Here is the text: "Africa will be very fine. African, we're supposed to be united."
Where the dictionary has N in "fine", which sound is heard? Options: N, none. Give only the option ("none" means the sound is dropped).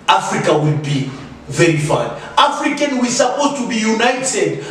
none